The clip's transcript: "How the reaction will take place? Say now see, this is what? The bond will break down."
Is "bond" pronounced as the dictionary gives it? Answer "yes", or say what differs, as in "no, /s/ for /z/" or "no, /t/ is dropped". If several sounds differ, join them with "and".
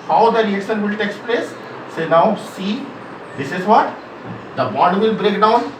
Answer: no, /n/ is dropped